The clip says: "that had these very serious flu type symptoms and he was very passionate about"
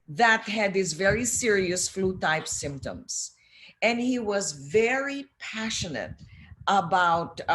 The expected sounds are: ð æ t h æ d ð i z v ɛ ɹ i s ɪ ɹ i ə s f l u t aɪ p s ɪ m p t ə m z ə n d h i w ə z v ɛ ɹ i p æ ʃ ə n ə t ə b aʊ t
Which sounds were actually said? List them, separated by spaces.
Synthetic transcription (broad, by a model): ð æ t h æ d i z v ɛ ɹ i s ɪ ɹ i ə s f l u t aɪ p s ɪ m p t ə m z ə n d h i w ə z v ɛ ɹ i p æ ʃ ə n ə t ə b aʊ t